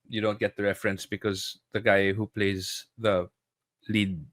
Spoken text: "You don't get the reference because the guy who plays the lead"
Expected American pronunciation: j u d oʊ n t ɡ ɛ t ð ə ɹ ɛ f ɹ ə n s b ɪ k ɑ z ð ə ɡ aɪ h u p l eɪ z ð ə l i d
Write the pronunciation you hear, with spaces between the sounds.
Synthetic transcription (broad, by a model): j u d oʊ n t ɡ ɛ t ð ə ɹ ɛ f ɹ ə n s b ɪ k ɑ z ð ə ɡ aɪ h u p l eɪ z ð ə l i d